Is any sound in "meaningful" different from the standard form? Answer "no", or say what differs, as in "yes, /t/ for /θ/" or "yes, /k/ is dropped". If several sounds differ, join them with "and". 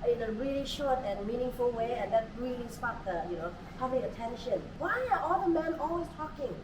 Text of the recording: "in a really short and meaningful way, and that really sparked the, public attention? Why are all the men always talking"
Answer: no